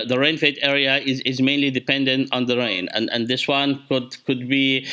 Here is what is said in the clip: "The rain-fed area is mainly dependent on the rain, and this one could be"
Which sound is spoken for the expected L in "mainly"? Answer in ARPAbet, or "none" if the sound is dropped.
L